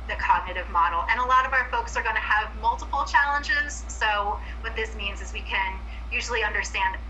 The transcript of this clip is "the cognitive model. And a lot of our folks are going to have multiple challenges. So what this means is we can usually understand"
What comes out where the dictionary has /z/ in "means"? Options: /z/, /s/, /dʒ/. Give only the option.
/z/